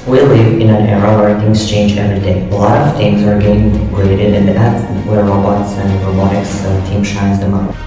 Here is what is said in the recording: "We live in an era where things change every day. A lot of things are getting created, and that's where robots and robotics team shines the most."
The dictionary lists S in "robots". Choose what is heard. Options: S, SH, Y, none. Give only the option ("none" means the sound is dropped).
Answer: S